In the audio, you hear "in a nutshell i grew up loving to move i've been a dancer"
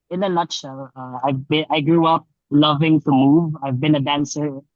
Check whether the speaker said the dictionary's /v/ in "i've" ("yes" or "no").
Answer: yes